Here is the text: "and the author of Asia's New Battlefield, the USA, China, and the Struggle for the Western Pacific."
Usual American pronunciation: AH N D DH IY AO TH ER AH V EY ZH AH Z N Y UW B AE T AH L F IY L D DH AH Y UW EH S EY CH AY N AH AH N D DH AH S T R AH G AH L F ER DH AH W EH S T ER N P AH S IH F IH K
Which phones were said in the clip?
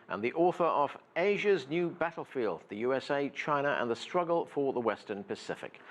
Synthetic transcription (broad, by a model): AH N DH IY AO TH ER AH V EY ZH AH Z N Y UW B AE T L F IY L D DH AH Y UW EH S EY CH AY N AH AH N DH AH S T R AH G AH L F ER DH AH W EH S T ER N P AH S IH F IH K